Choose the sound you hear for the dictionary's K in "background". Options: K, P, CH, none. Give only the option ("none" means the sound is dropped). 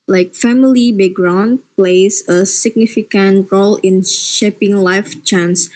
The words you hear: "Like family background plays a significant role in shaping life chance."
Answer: none